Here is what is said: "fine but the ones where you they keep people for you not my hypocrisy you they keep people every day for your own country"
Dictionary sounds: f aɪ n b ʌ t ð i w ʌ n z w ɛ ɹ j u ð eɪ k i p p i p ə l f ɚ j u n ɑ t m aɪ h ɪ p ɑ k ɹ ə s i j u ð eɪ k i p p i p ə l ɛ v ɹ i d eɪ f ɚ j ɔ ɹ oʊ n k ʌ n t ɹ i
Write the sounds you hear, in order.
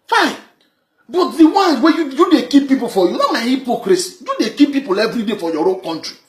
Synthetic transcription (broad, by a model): f aɪ n b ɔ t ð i w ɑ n w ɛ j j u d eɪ k i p p i p ə l f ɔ j u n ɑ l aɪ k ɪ p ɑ k ɹ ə s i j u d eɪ k i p p i p ə l ɛ v ɹ i d eɪ f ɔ j ɔ ɹ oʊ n k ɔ n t ɹ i